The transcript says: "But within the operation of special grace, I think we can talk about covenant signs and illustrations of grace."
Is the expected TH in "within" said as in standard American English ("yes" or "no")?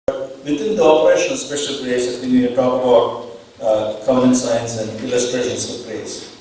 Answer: no